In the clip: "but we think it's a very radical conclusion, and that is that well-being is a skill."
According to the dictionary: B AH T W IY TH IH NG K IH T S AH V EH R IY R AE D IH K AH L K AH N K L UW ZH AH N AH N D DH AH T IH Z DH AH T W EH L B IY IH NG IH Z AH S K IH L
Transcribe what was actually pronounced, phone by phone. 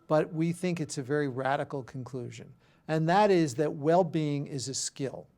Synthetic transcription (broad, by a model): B AH T W IY TH IH NG K IH T S AH V EH R IY R AE D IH K L K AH N K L UW ZH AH N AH N DH AH T IH Z DH AH T W EH L B IY IH NG IH Z AH S K IH L